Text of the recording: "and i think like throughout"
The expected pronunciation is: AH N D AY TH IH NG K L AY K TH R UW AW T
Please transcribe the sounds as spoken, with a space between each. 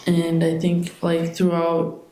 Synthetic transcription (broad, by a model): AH N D AY TH IH NG K L AY K TH R UW AW T